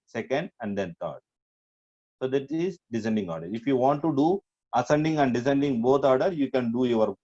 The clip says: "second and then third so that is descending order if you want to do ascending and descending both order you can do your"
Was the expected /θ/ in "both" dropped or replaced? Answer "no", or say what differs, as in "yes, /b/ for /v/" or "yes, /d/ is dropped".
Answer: yes, /t/ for /θ/